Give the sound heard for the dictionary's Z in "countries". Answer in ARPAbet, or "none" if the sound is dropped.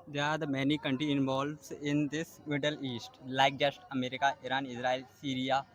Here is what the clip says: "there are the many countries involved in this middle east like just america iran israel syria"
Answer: none